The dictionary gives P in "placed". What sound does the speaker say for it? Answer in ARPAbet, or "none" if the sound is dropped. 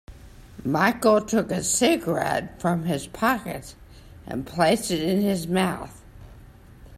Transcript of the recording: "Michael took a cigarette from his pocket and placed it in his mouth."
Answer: P